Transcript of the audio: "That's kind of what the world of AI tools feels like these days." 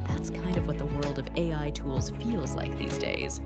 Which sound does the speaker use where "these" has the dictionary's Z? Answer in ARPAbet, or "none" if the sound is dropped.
Z